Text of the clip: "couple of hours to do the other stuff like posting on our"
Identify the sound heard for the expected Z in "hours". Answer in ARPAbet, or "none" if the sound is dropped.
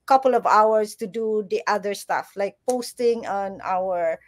S